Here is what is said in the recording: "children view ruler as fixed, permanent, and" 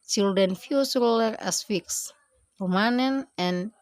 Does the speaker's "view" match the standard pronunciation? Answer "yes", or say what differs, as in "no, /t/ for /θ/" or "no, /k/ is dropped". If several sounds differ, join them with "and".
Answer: no, /f/ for /v/